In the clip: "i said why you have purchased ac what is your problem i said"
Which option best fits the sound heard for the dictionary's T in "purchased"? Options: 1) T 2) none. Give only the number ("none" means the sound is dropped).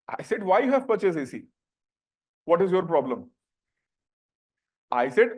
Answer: 2